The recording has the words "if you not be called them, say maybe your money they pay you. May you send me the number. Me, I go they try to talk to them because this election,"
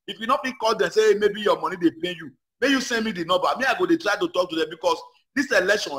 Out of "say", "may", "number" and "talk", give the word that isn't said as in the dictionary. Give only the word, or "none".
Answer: number